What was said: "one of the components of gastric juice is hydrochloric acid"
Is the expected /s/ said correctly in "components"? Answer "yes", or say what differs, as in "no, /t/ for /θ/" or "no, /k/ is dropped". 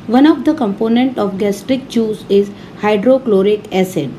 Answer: no, /s/ is dropped